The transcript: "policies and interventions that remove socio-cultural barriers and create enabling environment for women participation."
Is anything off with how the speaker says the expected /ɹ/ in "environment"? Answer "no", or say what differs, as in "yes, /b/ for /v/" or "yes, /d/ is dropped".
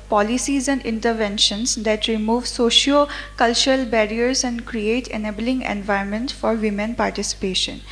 yes, /ɹ/ is dropped